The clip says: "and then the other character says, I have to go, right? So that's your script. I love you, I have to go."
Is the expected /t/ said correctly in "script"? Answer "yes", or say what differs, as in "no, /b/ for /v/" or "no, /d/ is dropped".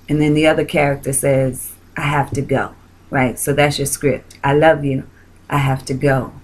yes